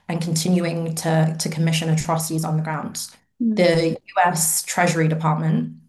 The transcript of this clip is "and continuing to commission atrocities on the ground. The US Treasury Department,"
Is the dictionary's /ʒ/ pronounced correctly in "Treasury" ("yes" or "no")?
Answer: yes